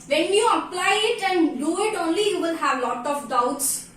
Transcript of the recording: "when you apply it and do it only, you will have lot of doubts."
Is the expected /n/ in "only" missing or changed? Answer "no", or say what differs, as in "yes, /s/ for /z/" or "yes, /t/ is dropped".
no